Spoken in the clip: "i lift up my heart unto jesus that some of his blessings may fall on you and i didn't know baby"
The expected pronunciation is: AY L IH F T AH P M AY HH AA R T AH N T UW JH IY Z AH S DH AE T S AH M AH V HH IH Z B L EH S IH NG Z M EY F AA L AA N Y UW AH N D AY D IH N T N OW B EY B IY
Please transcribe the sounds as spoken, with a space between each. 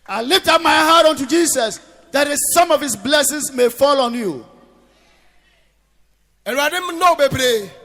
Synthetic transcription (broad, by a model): AY L IH F T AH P M AY HH AA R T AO N T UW JH IY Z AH S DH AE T S AH M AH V HH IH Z B L EH S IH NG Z M EY F AA L AA N Y UW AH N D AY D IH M N OW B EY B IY